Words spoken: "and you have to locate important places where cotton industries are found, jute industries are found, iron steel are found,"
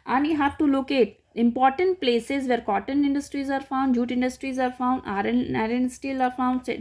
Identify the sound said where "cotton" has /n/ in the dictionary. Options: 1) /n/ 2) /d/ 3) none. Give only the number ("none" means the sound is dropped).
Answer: 1